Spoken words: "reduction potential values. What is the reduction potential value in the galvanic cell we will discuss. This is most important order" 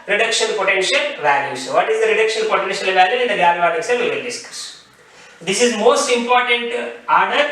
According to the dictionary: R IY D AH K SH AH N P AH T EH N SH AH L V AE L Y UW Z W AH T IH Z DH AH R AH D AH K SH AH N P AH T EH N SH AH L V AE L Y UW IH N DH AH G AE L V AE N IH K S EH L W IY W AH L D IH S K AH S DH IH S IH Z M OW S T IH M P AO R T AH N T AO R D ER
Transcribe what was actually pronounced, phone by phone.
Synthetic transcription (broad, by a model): R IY D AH K SH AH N P AH T EH N SH AH L V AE L Y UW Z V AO T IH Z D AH R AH D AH K SH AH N P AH T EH N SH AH L V AE L Y UW IH N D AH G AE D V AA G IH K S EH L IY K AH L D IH S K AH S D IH S IH Z M OW S T IH M P AO R T AH N T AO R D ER